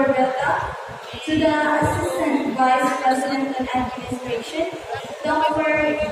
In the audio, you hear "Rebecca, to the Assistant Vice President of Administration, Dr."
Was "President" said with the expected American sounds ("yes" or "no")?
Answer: yes